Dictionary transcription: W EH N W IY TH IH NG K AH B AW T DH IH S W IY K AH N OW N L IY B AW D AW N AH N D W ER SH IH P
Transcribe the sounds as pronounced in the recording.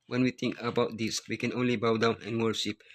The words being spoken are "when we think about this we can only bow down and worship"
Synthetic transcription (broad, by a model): W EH N W IY T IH NG K AH B AW T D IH S W IY K AH N OW N L IY B AW D AW N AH N W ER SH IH P